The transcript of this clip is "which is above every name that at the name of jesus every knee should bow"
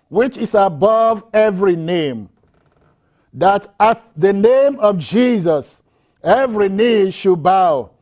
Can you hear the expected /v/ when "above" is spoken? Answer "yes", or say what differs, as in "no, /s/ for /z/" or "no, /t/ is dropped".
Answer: yes